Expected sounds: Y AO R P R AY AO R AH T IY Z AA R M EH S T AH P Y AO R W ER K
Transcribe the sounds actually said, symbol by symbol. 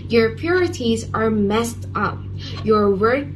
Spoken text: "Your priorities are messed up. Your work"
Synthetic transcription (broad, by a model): Y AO R P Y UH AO R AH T IY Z AA R M EH S T AH P Y AO R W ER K